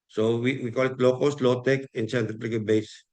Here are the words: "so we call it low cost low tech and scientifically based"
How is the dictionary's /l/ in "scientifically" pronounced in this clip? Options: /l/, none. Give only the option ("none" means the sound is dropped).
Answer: none